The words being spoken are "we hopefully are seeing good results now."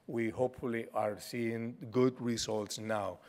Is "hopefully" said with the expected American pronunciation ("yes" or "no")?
yes